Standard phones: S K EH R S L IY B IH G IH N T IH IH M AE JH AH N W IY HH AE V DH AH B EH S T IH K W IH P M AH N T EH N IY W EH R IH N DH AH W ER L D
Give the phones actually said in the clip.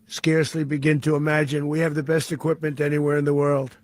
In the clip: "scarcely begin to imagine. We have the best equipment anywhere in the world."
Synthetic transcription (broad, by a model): S K EH R S L IY B IH G IH N T IH IH M AE JH AH N W IY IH V DH AH B EH S T IH K W IH P M AH N T EH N IY W EH R IH N DH AH W ER L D